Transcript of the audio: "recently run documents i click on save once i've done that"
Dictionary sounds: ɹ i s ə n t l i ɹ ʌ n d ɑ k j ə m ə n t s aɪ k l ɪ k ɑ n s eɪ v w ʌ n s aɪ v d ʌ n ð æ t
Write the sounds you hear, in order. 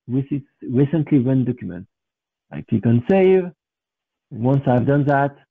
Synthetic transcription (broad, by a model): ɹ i s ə n t l i w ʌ n d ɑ k j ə m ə n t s aɪ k ɪ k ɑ n s eɪ v w ʌ n s aɪ v d ʌ n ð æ t